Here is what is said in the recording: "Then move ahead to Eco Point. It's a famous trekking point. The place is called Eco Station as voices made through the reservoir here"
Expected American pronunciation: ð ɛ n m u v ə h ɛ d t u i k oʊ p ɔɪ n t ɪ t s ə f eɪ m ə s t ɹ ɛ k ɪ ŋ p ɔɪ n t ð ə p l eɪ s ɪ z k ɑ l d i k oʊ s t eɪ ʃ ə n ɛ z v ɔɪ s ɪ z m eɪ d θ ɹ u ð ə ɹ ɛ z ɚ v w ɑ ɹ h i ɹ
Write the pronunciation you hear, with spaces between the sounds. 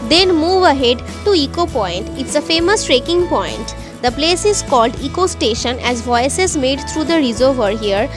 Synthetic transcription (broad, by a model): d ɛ n m u v ə h ɛ d t u i k oʊ p ɔɪ n t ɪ t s ə f eɪ m ə s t ɹ ɛ k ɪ ŋ p ɔɪ n t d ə p l eɪ s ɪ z k ɑ l d i k oʊ s t eɪ ʃ ə n ɛ z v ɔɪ s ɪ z m eɪ d t ɹ u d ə ɹ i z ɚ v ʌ ɹ h i ɹ